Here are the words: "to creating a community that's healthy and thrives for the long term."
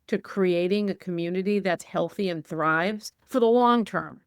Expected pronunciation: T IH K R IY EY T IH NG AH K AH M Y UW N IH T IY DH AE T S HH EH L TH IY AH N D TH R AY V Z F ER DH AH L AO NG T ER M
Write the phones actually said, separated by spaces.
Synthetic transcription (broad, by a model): T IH K R IY EY T IH NG AH K AH M Y UW N IH T IY DH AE T S HH EH L TH IY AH N TH R AY V Z F ER DH AH L AO NG T ER M